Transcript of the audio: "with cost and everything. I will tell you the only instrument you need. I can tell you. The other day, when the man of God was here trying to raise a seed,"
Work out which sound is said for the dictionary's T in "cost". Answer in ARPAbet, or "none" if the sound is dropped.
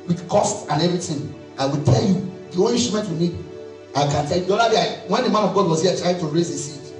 T